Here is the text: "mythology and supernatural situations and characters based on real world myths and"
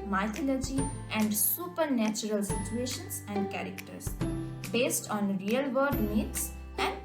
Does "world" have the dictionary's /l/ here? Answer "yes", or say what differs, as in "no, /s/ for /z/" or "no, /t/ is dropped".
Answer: no, /l/ is dropped